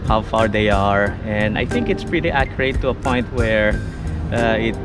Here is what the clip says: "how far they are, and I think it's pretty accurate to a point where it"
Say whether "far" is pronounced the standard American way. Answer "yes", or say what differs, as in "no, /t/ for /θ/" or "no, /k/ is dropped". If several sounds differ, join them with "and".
yes